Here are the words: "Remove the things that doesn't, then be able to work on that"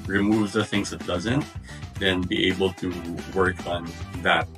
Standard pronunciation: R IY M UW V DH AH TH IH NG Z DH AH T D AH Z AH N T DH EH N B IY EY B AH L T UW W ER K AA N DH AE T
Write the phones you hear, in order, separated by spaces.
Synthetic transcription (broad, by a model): R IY M UW V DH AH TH IH NG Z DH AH T D AH Z AH N T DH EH N B IY EY B AH L T UW W ER K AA N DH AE T